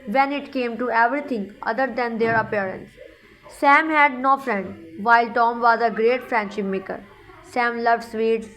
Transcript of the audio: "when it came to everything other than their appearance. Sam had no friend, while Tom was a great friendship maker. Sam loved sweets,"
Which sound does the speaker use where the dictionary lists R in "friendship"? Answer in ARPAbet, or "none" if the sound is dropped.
R